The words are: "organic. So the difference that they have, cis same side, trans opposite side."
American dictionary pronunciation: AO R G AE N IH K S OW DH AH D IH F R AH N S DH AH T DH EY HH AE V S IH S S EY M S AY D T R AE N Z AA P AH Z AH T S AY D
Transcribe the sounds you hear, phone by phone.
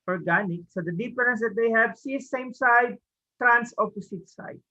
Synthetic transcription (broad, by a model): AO R G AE N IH K S OW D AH D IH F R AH N S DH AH T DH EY HH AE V S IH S S EY M S AY D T R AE N S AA P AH S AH T S AY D